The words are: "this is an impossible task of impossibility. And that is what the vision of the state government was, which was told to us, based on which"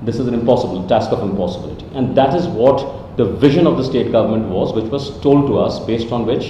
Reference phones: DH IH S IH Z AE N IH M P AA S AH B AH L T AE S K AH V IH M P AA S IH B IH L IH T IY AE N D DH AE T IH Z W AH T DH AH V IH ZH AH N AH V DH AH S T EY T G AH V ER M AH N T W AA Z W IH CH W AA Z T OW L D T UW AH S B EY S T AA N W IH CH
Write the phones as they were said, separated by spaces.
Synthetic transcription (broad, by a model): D IH S IH Z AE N IH M P AA S AH B AH L T AE S K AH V IH M P AA S IH B IH L IH T IY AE N D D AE T IH Z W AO T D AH V IH ZH AH N AH V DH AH S T EY T G AH V ER M AH N T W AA Z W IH CH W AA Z T OW L D T UW AH S B EY S T AA N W IH CH